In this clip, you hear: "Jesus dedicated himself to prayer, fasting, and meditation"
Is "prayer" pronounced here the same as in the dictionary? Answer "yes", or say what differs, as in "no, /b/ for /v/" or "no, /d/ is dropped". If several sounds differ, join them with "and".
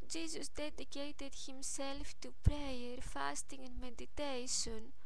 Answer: yes